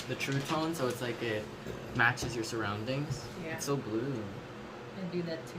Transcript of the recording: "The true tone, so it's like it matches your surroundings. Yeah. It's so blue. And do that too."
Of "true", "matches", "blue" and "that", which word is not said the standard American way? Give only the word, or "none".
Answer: none